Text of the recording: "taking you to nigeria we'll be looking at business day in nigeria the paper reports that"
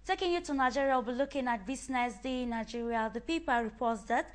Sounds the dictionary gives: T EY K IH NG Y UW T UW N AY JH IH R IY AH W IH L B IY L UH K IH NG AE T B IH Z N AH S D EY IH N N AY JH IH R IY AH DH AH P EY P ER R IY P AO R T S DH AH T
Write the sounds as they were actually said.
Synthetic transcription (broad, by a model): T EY K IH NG Y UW T UW N AY JH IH R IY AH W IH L B IY L UH K IH NG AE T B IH S N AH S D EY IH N N AY JH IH R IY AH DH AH P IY P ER R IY P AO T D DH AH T